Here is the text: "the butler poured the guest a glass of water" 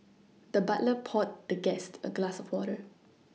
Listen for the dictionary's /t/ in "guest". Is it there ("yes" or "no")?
yes